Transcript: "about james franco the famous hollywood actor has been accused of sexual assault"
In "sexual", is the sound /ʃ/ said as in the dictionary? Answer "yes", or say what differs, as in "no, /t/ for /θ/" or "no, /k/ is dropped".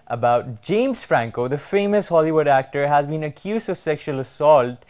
yes